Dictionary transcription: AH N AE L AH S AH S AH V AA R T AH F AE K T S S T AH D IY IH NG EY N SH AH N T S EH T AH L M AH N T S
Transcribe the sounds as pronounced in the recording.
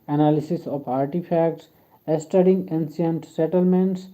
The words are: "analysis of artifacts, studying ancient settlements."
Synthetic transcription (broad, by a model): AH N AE L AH S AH S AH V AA R T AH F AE K T S S T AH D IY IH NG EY N S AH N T S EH T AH L M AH N T S